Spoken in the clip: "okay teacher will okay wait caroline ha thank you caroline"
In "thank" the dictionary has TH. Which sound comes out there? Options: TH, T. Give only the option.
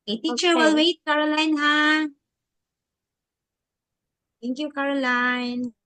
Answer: T